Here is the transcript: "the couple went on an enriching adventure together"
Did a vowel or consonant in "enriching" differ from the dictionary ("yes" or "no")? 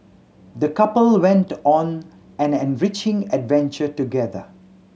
no